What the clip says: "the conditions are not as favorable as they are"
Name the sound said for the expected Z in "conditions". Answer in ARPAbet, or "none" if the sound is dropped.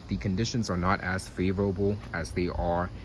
Z